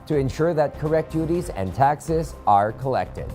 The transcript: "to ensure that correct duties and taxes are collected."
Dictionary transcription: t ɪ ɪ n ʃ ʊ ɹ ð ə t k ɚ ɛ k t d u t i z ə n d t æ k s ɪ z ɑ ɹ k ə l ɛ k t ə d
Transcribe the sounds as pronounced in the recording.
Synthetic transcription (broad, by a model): t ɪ ɪ n ʃ ʊ ɹ ð ə t k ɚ ɛ k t d u t i z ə n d t æ k s ɪ z ɑ ɹ k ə l ɛ k t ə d